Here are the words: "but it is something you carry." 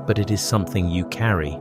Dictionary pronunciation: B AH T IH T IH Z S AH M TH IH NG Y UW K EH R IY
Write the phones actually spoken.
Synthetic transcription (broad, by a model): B AH T IH T IH Z S AH M TH IH NG Y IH K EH R IY